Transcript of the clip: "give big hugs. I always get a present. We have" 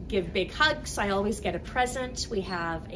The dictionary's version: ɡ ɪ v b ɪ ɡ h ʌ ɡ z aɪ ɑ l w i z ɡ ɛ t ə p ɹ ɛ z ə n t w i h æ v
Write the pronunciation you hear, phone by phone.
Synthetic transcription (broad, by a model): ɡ ɪ v b ɪ ɡ h ʌ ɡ s aɪ ɑ l w i z ɡ ɛ t ə p ɹ ɛ z ə n t w i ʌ v